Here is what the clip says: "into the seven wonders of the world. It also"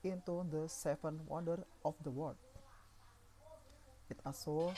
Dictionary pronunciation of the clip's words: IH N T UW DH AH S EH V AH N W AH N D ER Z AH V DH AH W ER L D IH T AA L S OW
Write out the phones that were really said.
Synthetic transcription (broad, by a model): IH N T UW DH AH S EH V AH N W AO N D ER AH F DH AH W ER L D IH T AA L S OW